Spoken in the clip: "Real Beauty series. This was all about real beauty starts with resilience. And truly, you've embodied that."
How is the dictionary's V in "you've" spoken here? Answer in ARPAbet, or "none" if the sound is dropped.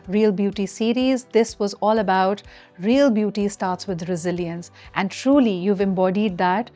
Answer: V